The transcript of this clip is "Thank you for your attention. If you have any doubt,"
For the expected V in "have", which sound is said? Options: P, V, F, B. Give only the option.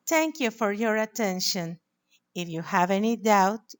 V